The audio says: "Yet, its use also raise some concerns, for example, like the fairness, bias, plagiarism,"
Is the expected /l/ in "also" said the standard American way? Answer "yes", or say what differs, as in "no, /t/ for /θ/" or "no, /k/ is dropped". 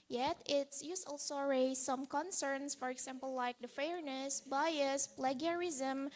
yes